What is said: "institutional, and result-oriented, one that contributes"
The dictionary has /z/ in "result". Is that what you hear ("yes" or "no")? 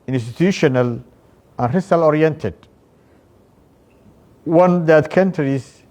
no